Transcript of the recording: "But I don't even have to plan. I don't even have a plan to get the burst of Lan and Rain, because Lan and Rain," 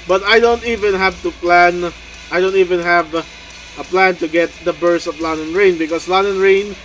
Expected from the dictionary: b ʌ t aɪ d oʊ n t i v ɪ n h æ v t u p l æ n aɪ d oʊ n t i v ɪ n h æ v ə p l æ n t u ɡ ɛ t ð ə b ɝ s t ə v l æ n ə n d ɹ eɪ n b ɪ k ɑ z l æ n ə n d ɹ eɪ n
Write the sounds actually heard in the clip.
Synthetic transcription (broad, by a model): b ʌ t aɪ d oʊ n t i v ɪ n h æ v t u p l æ n aɪ d oʊ n t i v ɪ n h æ v ə p l æ n t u ɡ ɛ t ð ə b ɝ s ə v l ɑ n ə n ɹ eɪ n b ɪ k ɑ s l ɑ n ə n ɹ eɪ n